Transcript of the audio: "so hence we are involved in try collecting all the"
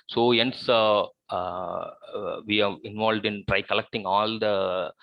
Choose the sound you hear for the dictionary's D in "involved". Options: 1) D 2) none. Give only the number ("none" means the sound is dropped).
1